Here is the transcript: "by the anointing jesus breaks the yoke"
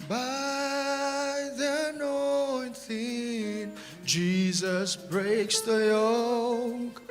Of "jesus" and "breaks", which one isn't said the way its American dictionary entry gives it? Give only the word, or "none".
none